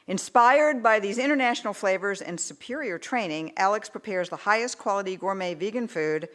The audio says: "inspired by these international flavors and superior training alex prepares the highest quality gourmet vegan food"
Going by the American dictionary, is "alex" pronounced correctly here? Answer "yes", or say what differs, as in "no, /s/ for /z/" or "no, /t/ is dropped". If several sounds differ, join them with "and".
yes